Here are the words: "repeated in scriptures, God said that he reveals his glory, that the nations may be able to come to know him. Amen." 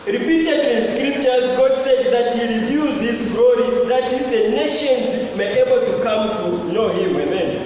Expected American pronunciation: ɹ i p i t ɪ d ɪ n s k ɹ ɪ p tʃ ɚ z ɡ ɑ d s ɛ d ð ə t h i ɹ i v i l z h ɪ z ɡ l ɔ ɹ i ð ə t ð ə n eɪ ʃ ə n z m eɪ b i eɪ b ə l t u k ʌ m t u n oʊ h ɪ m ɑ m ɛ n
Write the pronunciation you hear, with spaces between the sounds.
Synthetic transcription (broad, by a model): ɹ i p i t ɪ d ɪ n s k ɹ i p tʃ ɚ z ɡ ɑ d s ɛ d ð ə t h i ɹ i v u z h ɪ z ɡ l ɔ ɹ i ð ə t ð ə n eɪ ʃ ə n z m eɪ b eɪ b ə l t u k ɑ m t u n oʊ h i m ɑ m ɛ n